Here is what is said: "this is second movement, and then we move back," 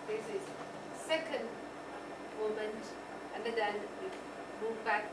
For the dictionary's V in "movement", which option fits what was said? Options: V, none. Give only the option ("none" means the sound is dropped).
none